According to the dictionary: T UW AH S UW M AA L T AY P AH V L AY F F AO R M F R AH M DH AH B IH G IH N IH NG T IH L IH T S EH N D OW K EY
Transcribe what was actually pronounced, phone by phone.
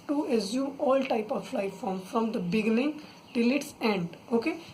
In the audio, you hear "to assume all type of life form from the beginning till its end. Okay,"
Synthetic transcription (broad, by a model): T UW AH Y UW AA L T AY P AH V L AY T F AO R M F R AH M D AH B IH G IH N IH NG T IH L IH T S EH N D OW K EY